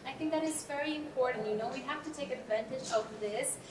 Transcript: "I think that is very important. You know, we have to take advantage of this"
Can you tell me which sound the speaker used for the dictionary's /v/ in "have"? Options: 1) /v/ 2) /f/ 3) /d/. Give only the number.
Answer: 2